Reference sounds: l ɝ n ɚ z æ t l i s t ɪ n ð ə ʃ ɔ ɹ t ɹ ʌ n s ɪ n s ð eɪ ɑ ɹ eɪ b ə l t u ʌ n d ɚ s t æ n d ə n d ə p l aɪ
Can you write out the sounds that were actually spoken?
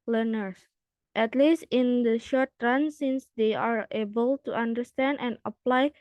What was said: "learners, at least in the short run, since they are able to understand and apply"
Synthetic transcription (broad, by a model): l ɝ n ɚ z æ t l i s t ɪ n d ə ʃ ɔ ɹ t ɹ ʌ n s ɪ n s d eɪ ɑ ɹ eɪ b ə l t u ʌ n d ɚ s t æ n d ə n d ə p l aɪ